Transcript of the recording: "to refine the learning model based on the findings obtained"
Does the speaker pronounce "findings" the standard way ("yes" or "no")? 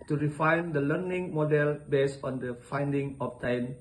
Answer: no